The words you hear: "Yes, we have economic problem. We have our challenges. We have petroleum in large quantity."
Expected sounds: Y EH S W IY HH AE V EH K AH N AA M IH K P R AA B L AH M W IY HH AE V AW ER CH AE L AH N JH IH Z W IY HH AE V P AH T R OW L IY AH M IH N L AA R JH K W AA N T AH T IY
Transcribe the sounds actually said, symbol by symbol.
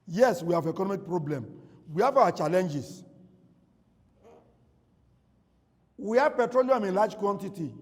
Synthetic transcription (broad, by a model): Y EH S W IY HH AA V EH K AH N AA M IH K P R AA B L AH M W IY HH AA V AW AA CH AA L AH N JH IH S W IY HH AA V P AH T R OW L IY AH M IH N L AA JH K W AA N T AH T IY